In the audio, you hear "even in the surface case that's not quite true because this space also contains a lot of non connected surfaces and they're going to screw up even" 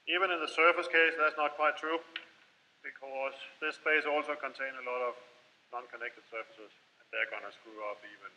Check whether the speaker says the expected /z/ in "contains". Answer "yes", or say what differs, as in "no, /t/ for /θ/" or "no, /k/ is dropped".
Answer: no, /z/ is dropped